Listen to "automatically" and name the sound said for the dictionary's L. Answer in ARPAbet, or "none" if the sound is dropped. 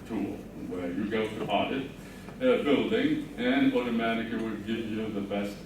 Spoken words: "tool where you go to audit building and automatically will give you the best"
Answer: none